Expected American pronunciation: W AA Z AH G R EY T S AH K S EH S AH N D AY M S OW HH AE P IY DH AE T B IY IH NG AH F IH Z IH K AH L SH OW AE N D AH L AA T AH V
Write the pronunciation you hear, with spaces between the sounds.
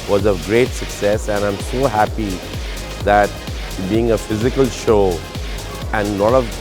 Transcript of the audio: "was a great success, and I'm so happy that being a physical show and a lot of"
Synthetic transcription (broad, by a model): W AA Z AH G R EY T S AH K S EH S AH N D AY M S OW HH AE P IY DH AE T B IY IH NG AH F IH Z IH K AH L SH OW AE N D L AA T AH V